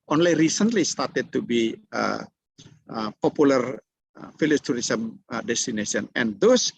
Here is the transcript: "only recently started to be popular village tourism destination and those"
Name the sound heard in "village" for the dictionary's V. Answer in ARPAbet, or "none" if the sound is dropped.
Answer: F